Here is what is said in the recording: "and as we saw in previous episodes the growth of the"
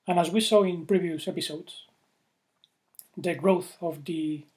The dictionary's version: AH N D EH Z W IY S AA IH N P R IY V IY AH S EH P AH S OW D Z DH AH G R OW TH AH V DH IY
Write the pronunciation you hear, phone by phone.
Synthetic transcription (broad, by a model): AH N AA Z W IY S AA IH N P R IY V IY AH S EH P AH S OW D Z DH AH G R OW TH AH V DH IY